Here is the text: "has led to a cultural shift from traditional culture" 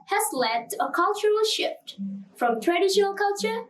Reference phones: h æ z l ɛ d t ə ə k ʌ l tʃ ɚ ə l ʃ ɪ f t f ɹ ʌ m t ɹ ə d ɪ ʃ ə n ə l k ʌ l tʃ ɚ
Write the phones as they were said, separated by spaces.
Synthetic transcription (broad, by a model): h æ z l ɛ d t ə ə k ʌ l tʃ ɚ ə l ʃ ɪ f t f ɹ ʌ m t ɹ ə d ɪ ʃ ə n ə l k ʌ l tʃ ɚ